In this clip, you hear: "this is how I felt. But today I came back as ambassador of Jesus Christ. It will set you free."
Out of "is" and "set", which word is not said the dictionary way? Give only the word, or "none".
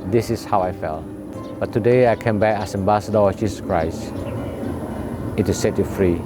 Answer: is